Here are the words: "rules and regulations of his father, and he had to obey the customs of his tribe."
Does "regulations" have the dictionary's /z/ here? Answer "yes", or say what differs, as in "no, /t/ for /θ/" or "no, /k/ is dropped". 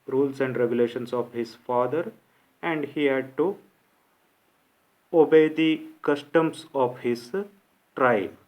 no, /s/ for /z/